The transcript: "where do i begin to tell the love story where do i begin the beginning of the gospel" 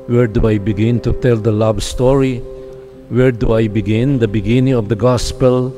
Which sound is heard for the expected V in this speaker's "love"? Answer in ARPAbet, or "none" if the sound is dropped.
B